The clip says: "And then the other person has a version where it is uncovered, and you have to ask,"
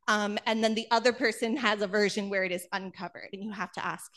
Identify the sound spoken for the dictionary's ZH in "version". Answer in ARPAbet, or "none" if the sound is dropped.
ZH